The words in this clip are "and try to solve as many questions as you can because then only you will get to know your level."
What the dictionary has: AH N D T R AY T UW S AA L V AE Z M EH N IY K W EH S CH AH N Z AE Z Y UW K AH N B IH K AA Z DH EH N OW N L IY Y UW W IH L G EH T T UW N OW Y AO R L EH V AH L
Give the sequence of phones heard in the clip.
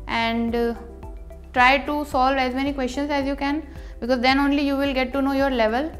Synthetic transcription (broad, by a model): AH N D T R AY T UW S AA L V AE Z M EH N IY K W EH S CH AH N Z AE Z Y UW K AH N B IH K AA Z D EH N OW N L IY Y UW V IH L G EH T T UW N OW Y AO R L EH V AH L